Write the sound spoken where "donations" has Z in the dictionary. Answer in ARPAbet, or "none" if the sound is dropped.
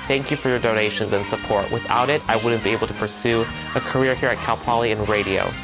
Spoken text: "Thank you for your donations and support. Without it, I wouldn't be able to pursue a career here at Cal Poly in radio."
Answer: Z